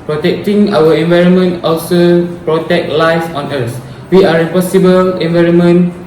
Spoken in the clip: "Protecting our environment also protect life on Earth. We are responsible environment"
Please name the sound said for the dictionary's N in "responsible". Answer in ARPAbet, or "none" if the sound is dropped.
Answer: none